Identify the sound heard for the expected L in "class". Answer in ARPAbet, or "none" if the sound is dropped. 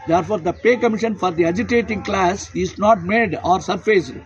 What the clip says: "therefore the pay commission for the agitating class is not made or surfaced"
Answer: L